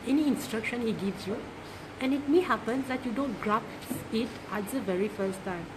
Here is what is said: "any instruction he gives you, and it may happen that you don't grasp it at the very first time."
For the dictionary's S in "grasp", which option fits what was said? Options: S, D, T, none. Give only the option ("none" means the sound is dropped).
none